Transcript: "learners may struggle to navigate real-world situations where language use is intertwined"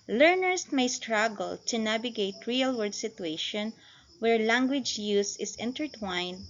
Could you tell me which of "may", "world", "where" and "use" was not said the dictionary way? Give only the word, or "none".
world